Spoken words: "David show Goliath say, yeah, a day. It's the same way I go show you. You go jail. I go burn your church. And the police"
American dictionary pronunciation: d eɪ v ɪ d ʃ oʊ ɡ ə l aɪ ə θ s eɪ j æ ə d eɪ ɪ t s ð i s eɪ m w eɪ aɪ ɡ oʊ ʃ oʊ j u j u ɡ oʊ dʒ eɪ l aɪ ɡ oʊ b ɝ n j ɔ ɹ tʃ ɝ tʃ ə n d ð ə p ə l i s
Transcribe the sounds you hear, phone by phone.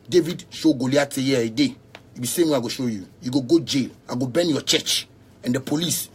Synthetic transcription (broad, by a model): d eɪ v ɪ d ʃ oʊ ɡ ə l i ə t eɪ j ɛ ə d eɪ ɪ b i s eɪ m w eɪ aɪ ɡ oʊ ʃ oʊ j u j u ɡ oʊ dʒ eɪ l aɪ ɡ oʊ b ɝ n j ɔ tʃ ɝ tʃ ə n d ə p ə l i s